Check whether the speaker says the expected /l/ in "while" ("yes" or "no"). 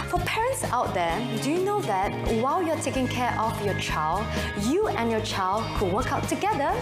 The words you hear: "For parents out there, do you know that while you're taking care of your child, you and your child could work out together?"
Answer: yes